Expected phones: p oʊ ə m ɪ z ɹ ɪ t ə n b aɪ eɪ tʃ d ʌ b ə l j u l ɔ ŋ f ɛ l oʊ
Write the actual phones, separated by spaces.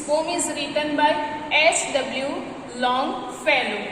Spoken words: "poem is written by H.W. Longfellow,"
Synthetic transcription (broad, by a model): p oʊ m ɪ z ɹ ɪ t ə n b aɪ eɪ s d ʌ b l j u l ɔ ŋ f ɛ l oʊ